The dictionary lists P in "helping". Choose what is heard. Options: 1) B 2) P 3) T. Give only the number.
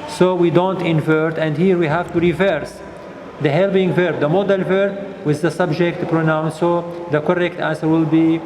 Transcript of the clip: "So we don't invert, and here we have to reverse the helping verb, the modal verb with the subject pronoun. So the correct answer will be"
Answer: 1